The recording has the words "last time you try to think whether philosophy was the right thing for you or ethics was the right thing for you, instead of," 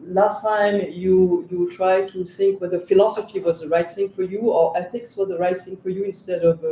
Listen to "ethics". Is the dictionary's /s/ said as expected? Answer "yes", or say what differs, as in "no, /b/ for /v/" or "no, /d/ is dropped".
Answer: yes